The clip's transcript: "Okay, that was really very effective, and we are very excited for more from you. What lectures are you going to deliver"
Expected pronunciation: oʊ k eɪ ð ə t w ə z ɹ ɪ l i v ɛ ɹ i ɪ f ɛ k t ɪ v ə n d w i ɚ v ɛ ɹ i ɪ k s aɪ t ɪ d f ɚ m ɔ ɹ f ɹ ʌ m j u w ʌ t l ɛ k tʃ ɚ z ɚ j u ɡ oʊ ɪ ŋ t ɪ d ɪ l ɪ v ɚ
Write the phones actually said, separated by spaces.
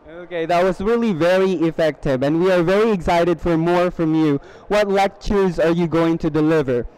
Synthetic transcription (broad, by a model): oʊ k eɪ ð ə t w ə z ɹ ɪ l i v ɛ ɹ i ɪ f ɛ k t ɪ v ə n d w i ɚ v ɛ ɹ i ɪ k s aɪ t ɪ d f ɚ m ɔ ɹ f ɹ ʌ m j u w ʌ t l ɛ k tʃ ɚ z ɚ j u ɡ oʊ ɪ ŋ t ɪ d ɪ l ɪ v ɚ